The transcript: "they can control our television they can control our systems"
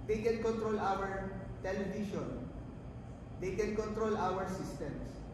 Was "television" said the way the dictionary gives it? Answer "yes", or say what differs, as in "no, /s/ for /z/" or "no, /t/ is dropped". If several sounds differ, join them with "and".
no, /ʃ/ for /ʒ/